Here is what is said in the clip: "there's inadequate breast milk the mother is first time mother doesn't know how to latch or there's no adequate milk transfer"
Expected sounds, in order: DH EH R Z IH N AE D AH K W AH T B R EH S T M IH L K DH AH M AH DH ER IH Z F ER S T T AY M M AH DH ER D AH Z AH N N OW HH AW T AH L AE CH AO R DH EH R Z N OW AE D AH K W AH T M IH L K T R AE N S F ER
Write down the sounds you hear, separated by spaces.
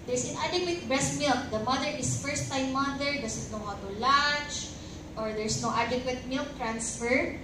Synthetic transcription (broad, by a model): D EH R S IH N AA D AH K W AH T B R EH S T M IH L K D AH M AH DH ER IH S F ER S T T AY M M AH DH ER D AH S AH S N OW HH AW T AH L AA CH AO R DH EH R S N OW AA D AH K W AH T M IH L K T R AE N S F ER